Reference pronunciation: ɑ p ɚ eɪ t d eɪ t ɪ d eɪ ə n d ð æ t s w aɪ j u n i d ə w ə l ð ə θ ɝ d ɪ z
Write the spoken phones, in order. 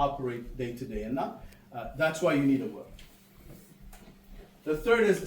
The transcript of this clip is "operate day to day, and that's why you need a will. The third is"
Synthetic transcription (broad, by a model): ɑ p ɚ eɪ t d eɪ t ɪ d eɪ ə n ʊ ð æ t s w aɪ j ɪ n i d ə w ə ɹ ð ə θ ɝ d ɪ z